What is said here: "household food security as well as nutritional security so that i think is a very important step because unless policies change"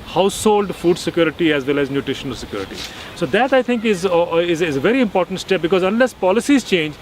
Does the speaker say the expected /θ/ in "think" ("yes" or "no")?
no